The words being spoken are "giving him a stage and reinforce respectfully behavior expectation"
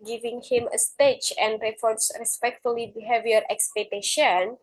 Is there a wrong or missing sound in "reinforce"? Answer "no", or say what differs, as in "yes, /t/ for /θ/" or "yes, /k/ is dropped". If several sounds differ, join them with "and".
yes, /n/ is dropped